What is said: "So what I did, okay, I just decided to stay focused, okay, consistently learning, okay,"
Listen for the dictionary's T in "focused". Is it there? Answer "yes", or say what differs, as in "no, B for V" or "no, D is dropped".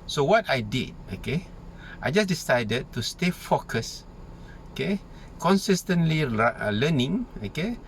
no, T is dropped